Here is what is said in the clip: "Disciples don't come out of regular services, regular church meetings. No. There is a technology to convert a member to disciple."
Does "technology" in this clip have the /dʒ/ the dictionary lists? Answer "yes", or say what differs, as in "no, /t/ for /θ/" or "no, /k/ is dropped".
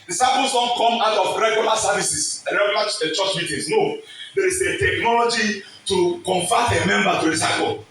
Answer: yes